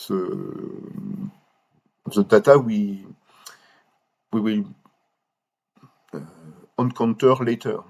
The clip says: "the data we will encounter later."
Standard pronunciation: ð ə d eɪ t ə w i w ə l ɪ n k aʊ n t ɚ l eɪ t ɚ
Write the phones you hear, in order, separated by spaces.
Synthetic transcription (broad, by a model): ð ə d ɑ t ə w i w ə w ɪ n k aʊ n t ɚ l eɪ t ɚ